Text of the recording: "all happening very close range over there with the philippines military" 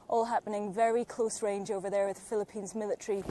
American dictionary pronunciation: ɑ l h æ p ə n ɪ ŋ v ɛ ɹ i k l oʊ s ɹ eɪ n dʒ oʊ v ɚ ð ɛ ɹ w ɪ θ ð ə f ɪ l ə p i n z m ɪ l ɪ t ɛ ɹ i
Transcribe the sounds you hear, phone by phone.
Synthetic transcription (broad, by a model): ɑ l h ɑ p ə n ɪ ŋ v ɛ ɹ i k l oʊ s ɹ eɪ n dʒ oʊ v ɚ ð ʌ ɹ w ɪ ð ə f ɪ l ə p i n z m ɪ l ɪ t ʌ ɹ i